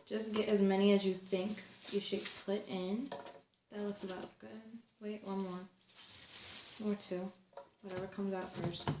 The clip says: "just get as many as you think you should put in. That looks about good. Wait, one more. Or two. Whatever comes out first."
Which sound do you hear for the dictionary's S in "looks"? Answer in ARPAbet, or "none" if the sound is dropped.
S